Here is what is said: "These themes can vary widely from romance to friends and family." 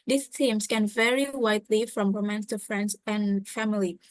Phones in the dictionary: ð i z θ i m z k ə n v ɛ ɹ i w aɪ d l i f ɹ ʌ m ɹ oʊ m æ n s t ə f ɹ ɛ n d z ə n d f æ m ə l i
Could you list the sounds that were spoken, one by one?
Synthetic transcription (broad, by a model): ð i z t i m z k ə n v ɛ ɹ i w aɪ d l i f ɹ ʌ m w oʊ m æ n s t ə f ɹ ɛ n d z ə n f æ m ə l i